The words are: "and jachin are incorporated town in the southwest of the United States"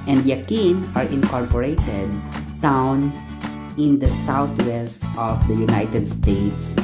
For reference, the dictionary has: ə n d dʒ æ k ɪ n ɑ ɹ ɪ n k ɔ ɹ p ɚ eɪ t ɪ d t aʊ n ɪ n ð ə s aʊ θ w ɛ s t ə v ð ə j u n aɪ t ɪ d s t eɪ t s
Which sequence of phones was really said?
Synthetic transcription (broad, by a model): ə n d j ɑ k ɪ n ɑ ɹ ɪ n k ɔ ɹ p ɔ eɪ t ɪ d t aʊ n ɪ n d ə s aʊ t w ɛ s t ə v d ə j u n aɪ t ɪ d s t eɪ t s